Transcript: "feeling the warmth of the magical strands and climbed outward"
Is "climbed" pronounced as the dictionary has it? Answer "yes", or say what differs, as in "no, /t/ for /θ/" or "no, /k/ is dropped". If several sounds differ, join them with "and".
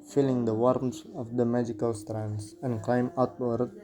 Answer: no, /d/ is dropped